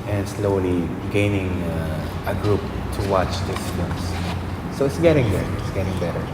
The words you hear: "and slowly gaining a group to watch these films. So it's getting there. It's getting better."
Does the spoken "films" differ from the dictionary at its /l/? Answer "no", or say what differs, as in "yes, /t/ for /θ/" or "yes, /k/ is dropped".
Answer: yes, /l/ is dropped